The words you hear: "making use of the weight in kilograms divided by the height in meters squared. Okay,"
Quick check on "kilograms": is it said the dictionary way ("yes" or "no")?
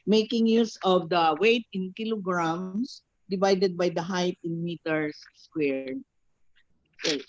no